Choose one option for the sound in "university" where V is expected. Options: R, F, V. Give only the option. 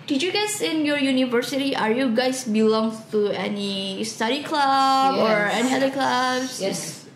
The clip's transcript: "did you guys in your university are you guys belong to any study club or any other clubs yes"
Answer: V